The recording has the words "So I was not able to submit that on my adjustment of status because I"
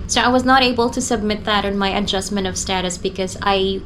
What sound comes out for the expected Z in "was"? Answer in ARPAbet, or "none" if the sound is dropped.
Z